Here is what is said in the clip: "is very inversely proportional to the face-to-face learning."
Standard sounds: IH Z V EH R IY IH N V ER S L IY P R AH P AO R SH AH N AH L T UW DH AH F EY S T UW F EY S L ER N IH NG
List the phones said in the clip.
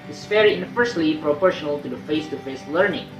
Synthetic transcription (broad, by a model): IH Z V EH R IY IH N F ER S L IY P R AH P AO R SH AH N AH L T UW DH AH F EY S T UW F EY S L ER N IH NG